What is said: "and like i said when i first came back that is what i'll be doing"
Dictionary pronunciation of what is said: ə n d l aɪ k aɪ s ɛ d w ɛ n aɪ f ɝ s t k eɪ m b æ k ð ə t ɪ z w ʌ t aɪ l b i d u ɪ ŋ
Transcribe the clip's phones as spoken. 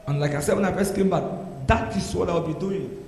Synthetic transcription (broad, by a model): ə n l aɪ k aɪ s ɛ d w ɛ n aɪ p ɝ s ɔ k eɪ m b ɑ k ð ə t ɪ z w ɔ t aɪ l b i d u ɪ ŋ